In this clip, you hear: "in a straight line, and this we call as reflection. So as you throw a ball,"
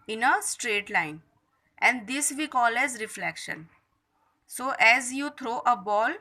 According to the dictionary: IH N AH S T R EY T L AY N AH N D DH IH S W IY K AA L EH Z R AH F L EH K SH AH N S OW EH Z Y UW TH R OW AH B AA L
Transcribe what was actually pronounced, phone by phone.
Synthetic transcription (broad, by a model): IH N AH S T R EY T L AY N AH N D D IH S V IY K AA L EH Z R AH F L EH K SH AH N S OW EH Z Y UW T R OW AH B AA L